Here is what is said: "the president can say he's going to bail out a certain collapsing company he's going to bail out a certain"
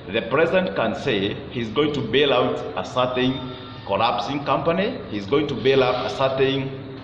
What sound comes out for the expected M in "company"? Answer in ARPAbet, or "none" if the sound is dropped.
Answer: M